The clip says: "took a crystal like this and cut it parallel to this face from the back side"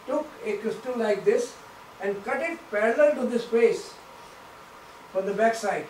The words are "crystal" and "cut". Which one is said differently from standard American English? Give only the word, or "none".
none